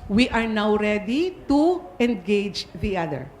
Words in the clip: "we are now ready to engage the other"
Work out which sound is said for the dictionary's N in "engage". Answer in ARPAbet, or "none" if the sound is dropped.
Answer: N